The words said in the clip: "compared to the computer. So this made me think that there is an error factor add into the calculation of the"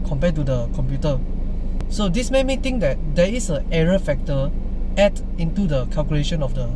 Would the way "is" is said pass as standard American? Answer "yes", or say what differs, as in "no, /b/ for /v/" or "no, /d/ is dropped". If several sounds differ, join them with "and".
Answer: no, /s/ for /z/